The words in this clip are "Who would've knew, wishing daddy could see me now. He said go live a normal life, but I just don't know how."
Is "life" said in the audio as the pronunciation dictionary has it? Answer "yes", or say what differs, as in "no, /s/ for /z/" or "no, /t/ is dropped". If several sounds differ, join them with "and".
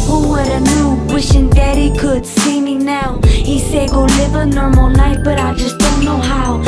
no, /n/ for /l/